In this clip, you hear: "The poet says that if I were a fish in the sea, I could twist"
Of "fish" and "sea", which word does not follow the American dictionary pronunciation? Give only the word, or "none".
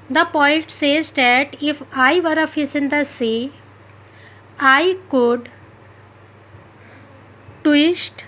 fish